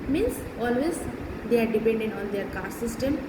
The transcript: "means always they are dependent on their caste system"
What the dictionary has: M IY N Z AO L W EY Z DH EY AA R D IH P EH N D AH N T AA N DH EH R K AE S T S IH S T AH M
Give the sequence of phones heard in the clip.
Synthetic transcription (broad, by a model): M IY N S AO L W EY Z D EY AA R D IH P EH N D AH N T AA N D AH R K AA T S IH S T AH M